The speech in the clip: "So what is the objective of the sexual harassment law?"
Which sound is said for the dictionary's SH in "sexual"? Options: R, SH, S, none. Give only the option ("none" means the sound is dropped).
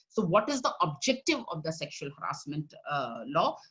SH